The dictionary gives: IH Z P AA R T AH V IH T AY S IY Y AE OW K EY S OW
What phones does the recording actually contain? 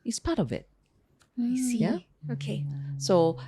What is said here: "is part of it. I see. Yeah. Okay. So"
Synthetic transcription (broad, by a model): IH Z P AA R T AH V IH T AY S IY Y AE OW K EY S OW